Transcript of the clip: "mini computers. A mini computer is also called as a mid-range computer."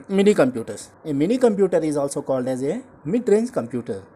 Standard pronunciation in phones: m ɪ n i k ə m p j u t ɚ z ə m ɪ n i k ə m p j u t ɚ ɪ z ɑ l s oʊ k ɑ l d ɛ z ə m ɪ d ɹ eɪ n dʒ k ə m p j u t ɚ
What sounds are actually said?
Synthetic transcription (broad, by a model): m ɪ n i k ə m p j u t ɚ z ə m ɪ n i k ə m p j u t ɚ ɪ z ɑ l s oʊ k ɑ l d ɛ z ə m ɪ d ɹ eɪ n z k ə m p j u t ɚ